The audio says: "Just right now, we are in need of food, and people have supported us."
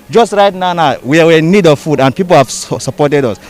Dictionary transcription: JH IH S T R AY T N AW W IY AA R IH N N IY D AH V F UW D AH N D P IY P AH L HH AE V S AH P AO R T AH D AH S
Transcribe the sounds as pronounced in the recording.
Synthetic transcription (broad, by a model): JH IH S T R AY T N AW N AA W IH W N IY D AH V F UW D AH N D P IY P AH L HH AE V S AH P AO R T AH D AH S